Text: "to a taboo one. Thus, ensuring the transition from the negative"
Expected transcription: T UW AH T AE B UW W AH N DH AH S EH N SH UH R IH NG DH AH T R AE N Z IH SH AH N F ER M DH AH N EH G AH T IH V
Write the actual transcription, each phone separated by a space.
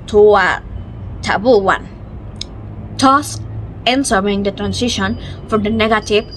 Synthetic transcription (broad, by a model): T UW AH T AE B UW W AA N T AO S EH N S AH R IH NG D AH T R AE N S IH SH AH N F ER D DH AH N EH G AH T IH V